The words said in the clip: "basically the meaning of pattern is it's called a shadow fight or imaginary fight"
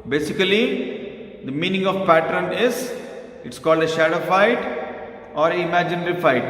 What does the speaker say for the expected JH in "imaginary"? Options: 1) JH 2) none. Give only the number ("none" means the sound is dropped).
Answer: 1